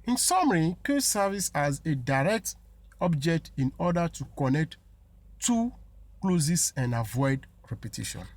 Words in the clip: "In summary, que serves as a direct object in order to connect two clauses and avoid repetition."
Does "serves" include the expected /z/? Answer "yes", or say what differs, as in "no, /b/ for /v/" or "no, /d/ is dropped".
no, /s/ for /z/